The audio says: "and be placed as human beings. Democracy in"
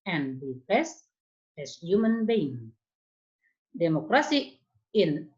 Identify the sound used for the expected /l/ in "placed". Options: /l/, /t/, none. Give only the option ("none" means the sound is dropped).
none